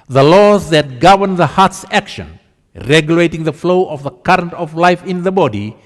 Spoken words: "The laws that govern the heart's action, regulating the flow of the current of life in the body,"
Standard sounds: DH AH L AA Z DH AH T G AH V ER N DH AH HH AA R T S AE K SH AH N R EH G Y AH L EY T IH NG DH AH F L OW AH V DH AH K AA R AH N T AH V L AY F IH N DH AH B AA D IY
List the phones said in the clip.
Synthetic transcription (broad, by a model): DH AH L AA Z DH AH T G AH V ER N DH AH HH AA R T S AE K SH AH N R EH G Y AH L EY T IH NG DH AH F L OW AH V DH AH K AA R AH N T AH V L AY F IH N DH AH B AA D IY